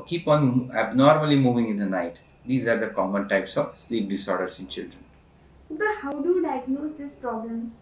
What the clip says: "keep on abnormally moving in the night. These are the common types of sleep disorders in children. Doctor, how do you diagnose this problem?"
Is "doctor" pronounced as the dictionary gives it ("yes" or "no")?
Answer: no